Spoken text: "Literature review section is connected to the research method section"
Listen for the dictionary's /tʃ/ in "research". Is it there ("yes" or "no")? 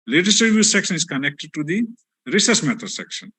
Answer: no